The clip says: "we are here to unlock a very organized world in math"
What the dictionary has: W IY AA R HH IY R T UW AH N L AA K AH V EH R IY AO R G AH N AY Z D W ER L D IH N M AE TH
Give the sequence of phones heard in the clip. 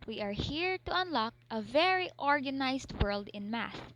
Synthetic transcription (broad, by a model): W IY AA R HH IY R T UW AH N L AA K AH V EH R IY AO R G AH N AY S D W ER L D IH N M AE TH